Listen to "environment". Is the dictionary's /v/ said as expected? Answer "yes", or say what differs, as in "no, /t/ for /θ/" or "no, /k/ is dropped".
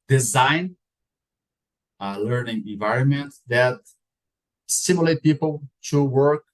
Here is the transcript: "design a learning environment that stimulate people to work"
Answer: yes